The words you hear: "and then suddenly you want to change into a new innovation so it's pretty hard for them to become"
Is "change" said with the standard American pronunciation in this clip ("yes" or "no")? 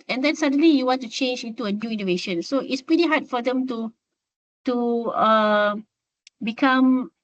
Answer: yes